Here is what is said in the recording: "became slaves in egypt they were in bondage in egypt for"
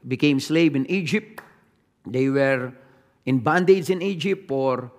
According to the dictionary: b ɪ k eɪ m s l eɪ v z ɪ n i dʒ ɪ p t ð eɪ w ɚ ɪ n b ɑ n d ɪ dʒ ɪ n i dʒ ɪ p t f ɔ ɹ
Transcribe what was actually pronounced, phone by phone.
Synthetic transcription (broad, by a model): b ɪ k eɪ m s l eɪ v ɪ n i dʒ ɪ p t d eɪ w ɚ ɪ n b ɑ n d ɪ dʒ ɪ n i dʒ ɪ p t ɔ ɹ